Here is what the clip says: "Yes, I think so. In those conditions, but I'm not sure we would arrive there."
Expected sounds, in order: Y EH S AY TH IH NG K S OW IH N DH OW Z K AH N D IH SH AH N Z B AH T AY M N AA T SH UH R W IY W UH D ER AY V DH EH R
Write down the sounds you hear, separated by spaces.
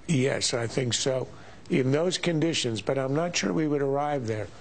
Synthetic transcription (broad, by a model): Y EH S AY TH IH NG K S OW IH N DH OW Z K AH N D IH SH AH N Z B AH T AY M N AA T SH UH R W IY W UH D ER AY V DH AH R